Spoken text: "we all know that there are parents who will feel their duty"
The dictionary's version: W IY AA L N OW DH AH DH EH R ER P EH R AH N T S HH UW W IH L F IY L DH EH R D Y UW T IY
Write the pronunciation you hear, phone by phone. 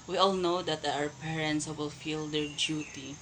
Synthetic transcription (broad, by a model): W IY AA L N OW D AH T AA W ER P EH R AH N T S W IH L F IY L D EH R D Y UW T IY